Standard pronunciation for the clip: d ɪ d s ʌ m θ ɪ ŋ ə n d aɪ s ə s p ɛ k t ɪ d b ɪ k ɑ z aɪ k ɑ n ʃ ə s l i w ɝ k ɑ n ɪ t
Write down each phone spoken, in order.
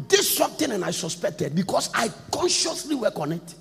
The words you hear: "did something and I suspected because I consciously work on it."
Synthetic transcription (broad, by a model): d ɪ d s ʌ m t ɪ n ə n aɪ s ə s p ɛ k t ɪ d b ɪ k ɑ s aɪ k ɑ n ʃ ə s l i w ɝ k ɑ n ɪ t